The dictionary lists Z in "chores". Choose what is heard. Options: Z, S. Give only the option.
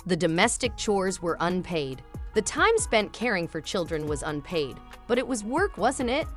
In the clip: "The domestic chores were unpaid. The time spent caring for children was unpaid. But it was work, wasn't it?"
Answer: Z